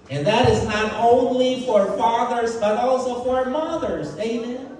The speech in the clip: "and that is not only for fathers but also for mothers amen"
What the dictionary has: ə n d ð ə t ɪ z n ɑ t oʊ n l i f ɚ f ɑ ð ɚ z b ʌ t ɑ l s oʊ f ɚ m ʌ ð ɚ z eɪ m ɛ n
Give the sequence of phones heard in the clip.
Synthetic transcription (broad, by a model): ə n ð ə t ɪ z n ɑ t oʊ n l i f ɚ f ɑ ð ɚ z b ʌ t ɑ l s oʊ f ɚ m ʌ ð ɚ z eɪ m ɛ n